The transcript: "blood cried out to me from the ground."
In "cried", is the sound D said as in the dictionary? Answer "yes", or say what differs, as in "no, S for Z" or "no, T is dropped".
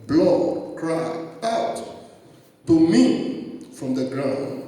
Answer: no, D is dropped